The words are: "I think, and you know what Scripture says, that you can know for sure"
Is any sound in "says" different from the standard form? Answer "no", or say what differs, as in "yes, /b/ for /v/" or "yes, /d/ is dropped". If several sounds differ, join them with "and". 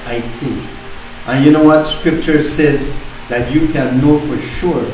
no